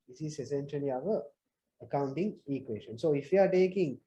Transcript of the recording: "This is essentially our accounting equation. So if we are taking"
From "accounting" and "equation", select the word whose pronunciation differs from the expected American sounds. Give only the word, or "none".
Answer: equation